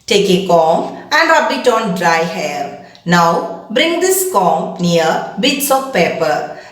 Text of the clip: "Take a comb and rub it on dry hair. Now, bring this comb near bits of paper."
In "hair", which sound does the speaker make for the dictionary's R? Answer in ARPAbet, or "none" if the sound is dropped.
L